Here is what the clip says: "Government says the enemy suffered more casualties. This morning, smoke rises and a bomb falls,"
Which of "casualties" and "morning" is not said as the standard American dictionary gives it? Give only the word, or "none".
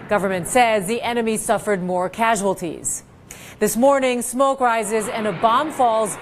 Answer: none